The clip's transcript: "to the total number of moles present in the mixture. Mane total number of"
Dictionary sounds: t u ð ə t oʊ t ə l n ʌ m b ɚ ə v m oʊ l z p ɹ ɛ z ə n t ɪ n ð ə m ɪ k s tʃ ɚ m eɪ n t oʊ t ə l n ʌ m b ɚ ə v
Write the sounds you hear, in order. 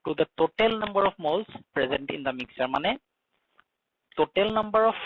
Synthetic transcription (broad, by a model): t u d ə t oʊ t ə l n ʌ m b ɚ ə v m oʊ l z p ɹ ɛ z ə n t ɪ n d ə m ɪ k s ɚ m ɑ n t oʊ t ə l n ʌ m b ɚ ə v